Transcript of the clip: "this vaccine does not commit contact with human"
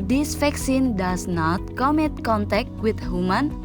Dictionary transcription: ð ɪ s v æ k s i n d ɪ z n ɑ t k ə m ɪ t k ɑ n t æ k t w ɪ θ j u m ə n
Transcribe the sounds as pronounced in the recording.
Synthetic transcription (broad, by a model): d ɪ s f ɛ k s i n d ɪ s n ɑ t k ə m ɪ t k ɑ n t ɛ k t w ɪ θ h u m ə n